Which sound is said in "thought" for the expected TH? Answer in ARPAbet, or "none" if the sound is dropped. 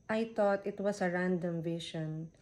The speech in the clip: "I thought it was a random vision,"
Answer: T